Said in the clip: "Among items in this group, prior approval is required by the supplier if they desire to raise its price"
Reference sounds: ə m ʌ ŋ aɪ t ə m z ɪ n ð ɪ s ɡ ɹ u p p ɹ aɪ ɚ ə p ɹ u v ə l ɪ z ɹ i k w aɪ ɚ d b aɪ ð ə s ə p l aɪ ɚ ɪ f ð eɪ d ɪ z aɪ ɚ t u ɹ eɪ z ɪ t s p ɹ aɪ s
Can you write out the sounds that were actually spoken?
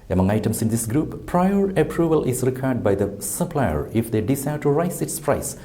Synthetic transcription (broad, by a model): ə m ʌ ŋ aɪ t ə m s ɪ n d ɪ s ɡ ɹ u p p ɹ aɪ ɚ ə p ɹ u v ə l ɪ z ɹ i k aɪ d b aɪ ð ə s ə p l aɪ ɚ ɪ f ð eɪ d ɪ s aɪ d t u ɹ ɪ s ɪ t s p ɹ aɪ s